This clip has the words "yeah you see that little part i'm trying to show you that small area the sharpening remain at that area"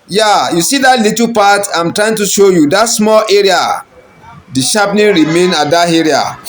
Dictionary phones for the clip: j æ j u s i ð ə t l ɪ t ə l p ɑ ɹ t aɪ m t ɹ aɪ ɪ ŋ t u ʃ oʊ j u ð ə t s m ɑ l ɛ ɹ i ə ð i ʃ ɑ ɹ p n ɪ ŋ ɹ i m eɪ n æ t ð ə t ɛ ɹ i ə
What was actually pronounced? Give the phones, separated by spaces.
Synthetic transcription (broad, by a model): j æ j u s i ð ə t l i t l p ɑ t aɪ m t ɹ aɪ ɪ ŋ t u ʃ oʊ j u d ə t s m ɑ l ɛ ɹ i ə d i ʃ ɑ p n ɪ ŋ ɹ i m eɪ n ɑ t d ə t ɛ ɹ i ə